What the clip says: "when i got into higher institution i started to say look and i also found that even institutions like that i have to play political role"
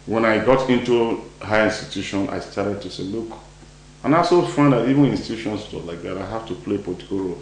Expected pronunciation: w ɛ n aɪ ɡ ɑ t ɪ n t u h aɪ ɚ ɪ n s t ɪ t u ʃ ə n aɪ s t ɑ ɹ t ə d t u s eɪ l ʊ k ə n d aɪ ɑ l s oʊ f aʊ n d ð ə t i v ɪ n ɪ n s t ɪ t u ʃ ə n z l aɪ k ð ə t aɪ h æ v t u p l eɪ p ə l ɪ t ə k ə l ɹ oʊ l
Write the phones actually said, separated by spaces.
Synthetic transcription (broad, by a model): w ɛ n aɪ ɡ ɑ t ɪ n t u h aɪ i n s t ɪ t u ʃ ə n aɪ s t ɑ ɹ t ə d t u s eɪ l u k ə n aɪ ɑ s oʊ f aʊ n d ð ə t i v ɪ n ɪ n s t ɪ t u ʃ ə n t l aɪ k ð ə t aɪ h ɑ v t u p l eɪ p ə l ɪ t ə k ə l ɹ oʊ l